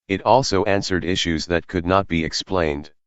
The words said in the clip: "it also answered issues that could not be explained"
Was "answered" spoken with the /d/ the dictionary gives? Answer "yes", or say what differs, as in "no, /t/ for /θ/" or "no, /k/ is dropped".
yes